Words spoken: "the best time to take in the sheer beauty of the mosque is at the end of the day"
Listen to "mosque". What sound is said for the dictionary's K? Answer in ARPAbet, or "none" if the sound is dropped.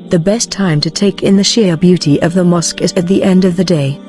K